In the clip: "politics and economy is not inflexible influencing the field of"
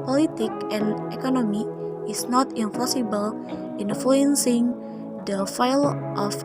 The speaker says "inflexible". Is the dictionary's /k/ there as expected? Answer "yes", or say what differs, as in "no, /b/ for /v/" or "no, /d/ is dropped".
no, /k/ is dropped